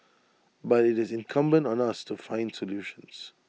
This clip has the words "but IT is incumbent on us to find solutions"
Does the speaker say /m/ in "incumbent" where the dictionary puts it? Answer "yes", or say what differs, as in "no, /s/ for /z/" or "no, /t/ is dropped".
yes